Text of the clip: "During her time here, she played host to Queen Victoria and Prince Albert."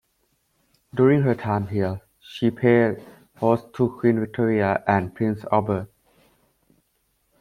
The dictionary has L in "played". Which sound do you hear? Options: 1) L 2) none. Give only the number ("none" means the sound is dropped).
2